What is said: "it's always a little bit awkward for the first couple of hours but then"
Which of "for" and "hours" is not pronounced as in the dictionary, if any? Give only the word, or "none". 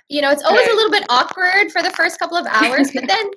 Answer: none